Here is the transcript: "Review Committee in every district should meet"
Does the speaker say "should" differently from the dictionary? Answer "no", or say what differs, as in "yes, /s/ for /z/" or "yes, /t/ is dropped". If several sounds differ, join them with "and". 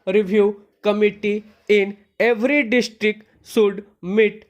yes, /s/ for /ʃ/